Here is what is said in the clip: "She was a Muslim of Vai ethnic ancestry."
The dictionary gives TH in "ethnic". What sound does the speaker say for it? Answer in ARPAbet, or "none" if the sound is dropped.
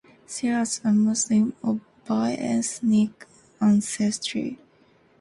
S